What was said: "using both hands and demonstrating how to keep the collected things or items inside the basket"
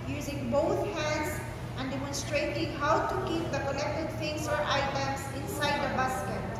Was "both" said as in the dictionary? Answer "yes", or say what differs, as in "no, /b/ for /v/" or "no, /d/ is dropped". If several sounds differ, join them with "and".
no, /t/ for /θ/